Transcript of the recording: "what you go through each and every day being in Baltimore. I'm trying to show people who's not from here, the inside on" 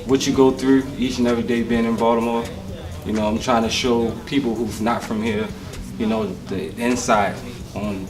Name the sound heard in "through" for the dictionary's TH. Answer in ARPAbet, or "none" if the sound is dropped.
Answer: TH